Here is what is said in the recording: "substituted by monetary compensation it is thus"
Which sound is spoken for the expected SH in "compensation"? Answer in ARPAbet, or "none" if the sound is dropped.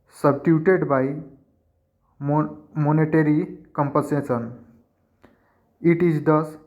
S